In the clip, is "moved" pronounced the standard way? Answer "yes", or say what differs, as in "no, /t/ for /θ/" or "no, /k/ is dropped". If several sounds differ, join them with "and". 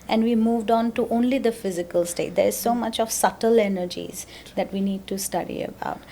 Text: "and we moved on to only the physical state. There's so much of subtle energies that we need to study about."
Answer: yes